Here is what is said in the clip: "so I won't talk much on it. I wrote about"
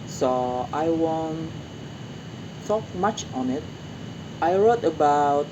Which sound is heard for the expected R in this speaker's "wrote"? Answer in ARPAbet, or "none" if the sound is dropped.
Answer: R